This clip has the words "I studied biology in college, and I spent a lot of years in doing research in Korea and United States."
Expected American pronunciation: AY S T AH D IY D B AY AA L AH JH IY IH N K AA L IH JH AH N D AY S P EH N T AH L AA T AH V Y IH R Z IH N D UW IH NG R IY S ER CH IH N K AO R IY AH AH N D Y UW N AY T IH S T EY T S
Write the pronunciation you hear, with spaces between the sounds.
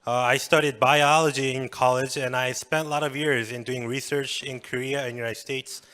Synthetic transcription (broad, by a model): AY S T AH D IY D B AY AA L AH JH IY IH N K AA L IH JH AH N AY S P EH N T L AA T AH V Y IH R Z IH N D UW IH NG R IY S ER CH IH N K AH R IY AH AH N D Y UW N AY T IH S T EY T S